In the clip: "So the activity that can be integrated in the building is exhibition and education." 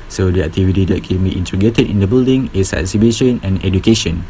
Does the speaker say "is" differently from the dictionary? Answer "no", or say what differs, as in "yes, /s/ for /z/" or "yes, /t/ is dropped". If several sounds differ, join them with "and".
yes, /s/ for /z/